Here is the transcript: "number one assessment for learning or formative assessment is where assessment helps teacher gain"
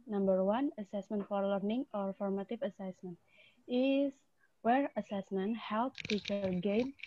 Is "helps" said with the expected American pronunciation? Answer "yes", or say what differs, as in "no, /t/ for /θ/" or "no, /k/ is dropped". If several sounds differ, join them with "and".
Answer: no, /s/ is dropped